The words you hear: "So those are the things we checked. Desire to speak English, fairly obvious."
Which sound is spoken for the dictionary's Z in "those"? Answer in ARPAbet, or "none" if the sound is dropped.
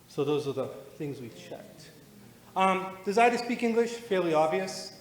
Z